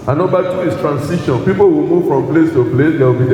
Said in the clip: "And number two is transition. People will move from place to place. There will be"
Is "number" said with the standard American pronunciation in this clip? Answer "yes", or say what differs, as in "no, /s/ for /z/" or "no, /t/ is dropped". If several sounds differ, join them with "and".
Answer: no, /m/ is dropped